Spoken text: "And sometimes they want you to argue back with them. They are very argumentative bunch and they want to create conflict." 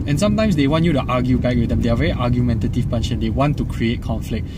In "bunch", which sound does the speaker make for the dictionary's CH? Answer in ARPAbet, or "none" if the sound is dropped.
SH